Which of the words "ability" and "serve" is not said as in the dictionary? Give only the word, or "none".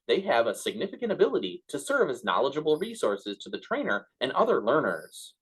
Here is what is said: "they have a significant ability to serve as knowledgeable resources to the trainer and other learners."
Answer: none